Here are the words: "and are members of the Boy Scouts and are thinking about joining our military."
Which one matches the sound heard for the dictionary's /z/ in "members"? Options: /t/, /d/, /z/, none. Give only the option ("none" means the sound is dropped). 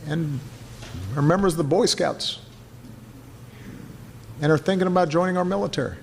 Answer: /z/